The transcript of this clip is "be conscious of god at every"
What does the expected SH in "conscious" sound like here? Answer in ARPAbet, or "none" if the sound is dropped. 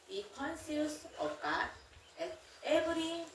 S